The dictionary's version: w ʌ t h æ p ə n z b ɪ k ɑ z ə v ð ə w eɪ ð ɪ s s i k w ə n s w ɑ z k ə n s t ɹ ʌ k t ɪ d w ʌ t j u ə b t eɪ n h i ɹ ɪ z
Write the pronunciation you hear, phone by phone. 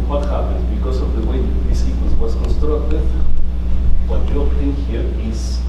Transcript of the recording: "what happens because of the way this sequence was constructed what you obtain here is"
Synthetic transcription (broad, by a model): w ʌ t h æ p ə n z b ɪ k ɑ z ə v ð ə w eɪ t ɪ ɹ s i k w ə s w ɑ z k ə n s t ɹ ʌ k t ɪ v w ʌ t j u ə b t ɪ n h i ɹ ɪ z